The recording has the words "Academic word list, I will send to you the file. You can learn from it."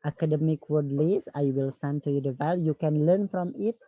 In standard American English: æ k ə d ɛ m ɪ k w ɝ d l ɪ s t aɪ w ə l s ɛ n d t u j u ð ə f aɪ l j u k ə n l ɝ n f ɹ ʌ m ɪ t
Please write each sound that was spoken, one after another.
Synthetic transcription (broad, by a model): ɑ k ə d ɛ m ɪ k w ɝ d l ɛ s aɪ w ə l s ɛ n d t u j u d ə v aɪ l j u k ə n l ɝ n f ɹ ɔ m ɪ t